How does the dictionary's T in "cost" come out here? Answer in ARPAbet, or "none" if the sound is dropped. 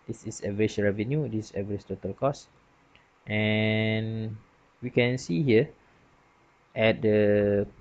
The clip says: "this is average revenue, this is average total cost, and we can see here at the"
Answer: T